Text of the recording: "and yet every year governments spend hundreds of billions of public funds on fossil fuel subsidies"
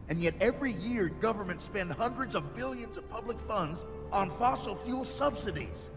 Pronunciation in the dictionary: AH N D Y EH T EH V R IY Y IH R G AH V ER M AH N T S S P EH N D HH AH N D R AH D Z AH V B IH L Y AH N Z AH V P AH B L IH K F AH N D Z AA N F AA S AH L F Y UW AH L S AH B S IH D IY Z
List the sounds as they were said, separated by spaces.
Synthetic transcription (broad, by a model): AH N Y EH T EH V R IY Y IH R G AH V ER M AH N T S S P EH N D HH AH N D R AH D Z AH V B IH L Y AH N Z AH V P AH B L IH K F AH N D Z N F AA S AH L F Y UW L S AH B S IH D IY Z